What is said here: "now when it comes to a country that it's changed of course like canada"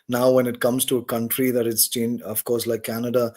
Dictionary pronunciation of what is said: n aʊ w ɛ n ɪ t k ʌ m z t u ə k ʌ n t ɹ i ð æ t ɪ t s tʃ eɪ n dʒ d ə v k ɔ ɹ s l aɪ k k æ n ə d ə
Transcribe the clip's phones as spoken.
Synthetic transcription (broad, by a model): n aʊ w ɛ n ɪ t k ʌ m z t u ə k ʌ n t ɹ i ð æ t ɪ t s tʃ eɪ n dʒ ə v k ɔ ɹ s l aɪ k k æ n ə d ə